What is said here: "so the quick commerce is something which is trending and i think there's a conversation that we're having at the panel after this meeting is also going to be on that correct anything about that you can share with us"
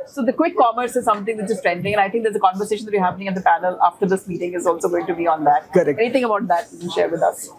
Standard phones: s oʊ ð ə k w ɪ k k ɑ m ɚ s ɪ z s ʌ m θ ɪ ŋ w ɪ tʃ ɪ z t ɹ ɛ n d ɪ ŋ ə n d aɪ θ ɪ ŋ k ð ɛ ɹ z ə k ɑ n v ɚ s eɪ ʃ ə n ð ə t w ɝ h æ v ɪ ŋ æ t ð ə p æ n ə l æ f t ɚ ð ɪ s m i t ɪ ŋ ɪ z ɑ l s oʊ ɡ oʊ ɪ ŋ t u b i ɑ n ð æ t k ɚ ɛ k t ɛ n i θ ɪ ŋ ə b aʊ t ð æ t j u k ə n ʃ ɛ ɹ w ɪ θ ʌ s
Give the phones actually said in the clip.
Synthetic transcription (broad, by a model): s oʊ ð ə k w ɪ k k ɑ m ɚ s ɪ z s ʌ m t ɪ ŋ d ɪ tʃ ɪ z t ɹ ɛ n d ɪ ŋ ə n aɪ t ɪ ŋ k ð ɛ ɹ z ə k ɑ n v ɚ s eɪ ʃ ə n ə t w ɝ h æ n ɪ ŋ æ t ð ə p æ n ə l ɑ f t ɚ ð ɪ s m i t ɪ ŋ ɪ z ɑ l s oʊ ɡ oʊ ɪ ŋ t u b i ɑ n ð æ t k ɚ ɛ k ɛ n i t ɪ ŋ ə b aʊ t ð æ t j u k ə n ʃ ɛ ɹ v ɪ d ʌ s